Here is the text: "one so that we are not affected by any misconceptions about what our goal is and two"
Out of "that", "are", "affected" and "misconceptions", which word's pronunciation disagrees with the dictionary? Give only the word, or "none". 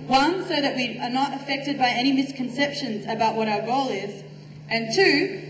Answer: none